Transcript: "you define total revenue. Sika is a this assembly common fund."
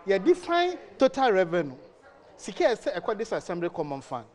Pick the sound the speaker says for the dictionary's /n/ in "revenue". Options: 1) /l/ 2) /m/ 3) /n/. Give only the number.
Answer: 3